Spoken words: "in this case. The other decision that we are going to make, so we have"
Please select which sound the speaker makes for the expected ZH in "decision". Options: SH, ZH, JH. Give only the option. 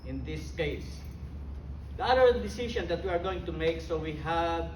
SH